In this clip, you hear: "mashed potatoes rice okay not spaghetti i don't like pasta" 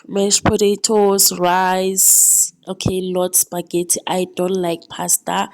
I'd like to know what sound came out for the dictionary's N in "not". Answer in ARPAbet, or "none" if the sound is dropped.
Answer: L